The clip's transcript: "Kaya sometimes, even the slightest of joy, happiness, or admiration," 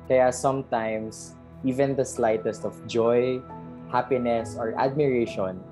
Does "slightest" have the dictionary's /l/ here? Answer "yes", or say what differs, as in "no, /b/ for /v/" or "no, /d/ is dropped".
yes